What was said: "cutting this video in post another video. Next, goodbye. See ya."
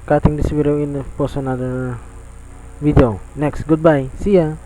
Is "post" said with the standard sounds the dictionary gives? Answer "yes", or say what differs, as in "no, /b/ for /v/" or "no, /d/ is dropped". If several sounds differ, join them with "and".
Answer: no, /t/ is dropped